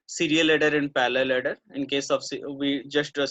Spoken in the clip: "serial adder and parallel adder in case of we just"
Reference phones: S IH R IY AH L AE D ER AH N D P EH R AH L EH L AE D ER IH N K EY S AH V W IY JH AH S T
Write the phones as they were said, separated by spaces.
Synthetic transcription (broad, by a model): S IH R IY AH L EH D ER AH N D P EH L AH L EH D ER IH N K EY S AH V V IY JH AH S T